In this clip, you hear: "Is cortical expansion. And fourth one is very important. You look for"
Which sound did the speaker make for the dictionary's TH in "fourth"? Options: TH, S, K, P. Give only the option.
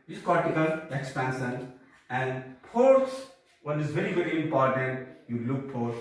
S